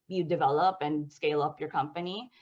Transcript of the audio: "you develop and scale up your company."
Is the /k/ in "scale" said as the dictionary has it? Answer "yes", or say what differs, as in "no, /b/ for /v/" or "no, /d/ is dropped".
yes